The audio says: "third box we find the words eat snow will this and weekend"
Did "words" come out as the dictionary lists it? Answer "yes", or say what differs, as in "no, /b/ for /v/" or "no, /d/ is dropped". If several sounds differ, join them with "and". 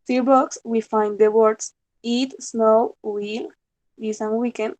no, /s/ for /z/